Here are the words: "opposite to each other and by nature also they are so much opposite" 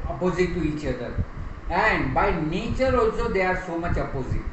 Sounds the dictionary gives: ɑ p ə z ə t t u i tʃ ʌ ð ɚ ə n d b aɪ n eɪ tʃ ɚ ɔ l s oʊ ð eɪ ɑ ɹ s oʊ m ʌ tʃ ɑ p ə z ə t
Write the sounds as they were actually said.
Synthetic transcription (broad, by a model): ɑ p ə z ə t t u i tʃ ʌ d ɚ ə n d b aɪ n eɪ tʃ ɚ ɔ s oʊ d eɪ ɑ ɹ s oʊ m ʌ tʃ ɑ p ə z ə t